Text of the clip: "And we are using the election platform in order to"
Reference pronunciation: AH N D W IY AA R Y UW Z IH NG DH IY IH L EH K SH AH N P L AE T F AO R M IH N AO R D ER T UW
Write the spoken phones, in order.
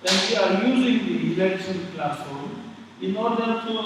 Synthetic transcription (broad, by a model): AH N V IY AA R Y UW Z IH NG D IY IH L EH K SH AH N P L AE S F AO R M IH N AO R D ER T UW